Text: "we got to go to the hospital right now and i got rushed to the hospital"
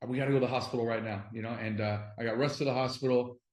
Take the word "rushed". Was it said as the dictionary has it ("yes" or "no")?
no